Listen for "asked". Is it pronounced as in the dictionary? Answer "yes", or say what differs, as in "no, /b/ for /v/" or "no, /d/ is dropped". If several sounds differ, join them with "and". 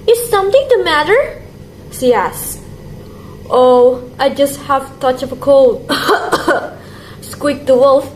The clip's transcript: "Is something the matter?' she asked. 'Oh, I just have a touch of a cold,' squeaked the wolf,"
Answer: yes